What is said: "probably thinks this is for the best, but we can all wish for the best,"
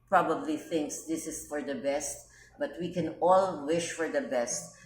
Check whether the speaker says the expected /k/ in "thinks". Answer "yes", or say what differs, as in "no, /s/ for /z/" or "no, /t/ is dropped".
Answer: yes